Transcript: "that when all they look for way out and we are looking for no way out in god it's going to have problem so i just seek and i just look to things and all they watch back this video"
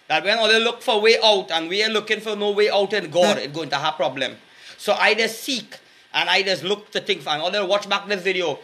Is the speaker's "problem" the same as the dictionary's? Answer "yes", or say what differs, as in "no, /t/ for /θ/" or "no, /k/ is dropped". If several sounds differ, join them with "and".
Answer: yes